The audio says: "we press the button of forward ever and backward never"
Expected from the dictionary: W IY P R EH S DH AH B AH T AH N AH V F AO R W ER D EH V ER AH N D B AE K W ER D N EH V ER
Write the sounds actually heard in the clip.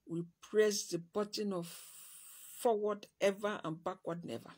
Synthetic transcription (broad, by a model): W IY P R EH S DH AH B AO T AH N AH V F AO W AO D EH V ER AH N B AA K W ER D N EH V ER